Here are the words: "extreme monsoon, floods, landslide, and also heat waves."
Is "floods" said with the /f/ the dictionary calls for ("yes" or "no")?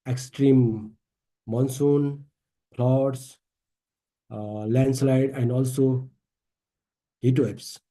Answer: no